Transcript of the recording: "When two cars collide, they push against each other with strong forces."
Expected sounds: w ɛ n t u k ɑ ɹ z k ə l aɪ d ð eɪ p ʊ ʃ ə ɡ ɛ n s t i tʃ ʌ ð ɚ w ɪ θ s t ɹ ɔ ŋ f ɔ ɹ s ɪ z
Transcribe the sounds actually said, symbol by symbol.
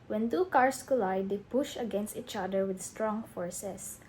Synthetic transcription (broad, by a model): w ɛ n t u k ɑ ɹ s k ə l aɪ d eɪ p ʊ ʃ ə ɡ ɛ n s t i tʃ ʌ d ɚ w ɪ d s t ɹ ɔ ŋ f ɔ ɹ s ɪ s